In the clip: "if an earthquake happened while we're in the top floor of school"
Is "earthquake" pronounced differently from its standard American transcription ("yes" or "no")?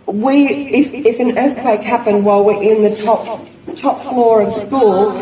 no